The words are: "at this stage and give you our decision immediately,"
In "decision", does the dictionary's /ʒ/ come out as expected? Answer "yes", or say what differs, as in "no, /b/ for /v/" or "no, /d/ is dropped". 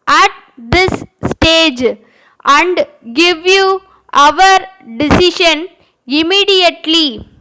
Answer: no, /ʃ/ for /ʒ/